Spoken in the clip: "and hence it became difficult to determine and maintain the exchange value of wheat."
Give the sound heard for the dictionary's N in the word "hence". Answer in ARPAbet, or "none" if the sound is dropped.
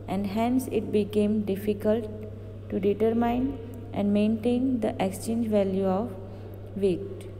N